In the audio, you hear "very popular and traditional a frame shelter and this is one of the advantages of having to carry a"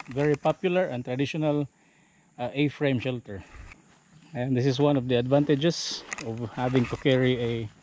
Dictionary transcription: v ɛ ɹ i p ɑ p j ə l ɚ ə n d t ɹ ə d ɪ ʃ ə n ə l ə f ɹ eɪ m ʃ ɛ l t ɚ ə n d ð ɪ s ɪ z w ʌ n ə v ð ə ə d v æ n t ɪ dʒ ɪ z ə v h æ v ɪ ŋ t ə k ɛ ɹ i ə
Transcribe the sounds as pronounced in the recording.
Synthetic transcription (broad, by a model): v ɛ ɹ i p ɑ p j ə l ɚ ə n t ɹ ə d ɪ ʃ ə n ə l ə f ɹ eɪ m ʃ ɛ l t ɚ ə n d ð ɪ s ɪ s w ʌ n ə v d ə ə d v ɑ n t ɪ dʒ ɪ s ə v h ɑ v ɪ ŋ t ə k ɛ ɹ i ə